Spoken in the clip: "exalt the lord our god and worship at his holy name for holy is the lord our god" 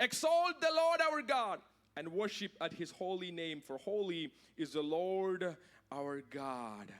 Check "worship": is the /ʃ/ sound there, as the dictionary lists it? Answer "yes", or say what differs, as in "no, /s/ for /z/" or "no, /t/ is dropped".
yes